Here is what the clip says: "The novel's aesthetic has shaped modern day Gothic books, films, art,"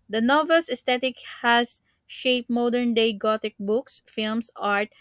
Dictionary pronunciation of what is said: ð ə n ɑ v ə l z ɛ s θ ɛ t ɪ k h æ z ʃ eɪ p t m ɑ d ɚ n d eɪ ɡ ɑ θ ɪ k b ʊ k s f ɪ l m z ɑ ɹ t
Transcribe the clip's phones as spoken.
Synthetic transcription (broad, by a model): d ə n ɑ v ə l s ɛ s t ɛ t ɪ k h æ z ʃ eɪ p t m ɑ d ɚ n d eɪ ɡ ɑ t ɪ k b ʊ k s f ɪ l m s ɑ ɹ t